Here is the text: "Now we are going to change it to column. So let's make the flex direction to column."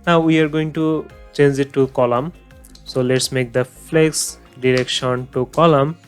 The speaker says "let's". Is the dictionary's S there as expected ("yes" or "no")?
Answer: yes